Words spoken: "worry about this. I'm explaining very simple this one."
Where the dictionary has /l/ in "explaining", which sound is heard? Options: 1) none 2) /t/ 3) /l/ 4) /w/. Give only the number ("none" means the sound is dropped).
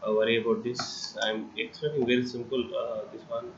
1